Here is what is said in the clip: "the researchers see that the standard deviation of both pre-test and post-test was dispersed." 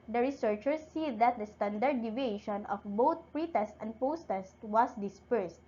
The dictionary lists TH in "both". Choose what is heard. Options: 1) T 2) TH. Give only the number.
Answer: 1